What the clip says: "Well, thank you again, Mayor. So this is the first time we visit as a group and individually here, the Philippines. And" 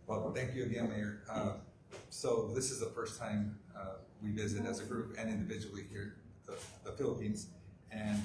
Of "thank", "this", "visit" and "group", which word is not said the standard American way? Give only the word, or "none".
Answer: none